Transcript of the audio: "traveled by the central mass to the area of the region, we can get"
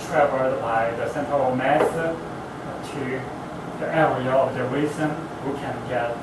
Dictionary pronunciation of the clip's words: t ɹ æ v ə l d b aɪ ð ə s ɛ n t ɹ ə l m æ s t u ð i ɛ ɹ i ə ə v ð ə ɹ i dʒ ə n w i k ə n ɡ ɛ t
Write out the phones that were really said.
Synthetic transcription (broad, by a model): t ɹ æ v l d b aɪ ð ə s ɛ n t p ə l m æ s t u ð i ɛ l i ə ə v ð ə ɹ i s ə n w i k ə n ɡ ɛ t